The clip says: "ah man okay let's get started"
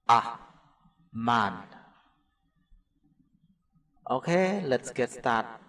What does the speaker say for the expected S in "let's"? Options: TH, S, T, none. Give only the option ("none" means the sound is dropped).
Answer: S